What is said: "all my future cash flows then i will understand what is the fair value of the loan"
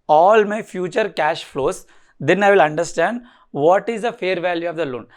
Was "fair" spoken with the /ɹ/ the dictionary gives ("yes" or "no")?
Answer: yes